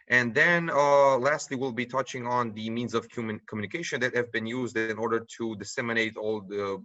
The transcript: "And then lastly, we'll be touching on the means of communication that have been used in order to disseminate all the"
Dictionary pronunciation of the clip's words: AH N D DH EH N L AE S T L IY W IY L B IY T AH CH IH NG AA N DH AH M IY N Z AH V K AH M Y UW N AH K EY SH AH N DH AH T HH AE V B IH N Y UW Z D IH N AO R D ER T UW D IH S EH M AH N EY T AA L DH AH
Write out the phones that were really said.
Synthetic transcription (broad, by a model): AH N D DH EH N L AE S T L IY W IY L B IY T AH CH IH NG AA N DH AH M IY N Z AH V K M M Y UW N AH K EY SH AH N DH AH T HH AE V B IH N Y UW Z D IH N AO R D ER T UW D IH S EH M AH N EY T AA L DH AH